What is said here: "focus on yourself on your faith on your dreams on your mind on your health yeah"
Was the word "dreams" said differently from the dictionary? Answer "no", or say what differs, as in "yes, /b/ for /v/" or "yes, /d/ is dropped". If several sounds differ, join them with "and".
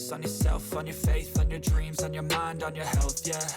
no